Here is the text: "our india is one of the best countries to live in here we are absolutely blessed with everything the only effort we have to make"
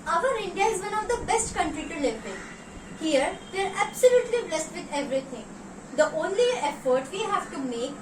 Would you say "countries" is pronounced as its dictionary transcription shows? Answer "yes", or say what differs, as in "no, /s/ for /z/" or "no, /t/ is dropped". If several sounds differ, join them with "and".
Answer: no, /z/ is dropped